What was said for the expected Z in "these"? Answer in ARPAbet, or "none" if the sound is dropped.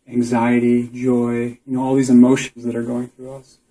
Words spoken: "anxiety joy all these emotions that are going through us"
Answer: Z